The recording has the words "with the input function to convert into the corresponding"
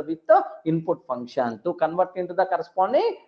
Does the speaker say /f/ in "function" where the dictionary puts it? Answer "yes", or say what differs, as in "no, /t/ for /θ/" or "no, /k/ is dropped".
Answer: no, /p/ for /f/